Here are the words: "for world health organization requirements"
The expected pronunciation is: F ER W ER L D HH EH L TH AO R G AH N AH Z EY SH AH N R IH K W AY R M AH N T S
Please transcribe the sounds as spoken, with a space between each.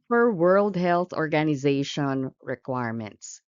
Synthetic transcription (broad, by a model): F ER W ER L D HH EH L TH AO R G AH N AH Z EY SH AH N R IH K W AY R M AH N T S